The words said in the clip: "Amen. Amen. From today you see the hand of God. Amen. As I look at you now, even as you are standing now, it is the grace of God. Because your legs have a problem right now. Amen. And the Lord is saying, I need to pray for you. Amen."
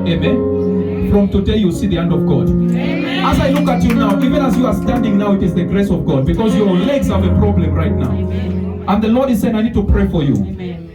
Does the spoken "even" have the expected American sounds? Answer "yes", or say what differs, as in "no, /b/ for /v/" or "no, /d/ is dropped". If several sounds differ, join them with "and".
yes